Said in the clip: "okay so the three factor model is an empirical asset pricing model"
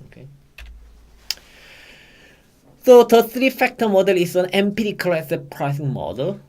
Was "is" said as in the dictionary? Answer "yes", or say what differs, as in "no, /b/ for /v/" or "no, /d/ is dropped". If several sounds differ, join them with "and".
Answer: no, /s/ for /z/